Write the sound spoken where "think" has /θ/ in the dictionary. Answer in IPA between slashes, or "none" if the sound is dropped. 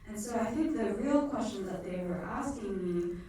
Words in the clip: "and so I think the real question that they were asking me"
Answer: /θ/